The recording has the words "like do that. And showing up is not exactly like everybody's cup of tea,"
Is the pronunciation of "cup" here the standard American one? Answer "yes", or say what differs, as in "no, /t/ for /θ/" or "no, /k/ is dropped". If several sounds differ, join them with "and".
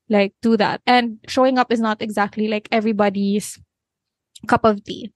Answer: yes